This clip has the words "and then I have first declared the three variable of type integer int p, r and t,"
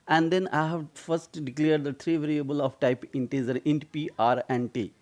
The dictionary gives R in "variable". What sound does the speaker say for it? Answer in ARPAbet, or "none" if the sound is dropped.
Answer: R